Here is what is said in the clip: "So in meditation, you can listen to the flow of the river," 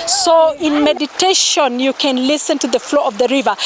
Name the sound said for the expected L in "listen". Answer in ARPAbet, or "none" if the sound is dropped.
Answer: L